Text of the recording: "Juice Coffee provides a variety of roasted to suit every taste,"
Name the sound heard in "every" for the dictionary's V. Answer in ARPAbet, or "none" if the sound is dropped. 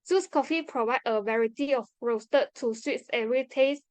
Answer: none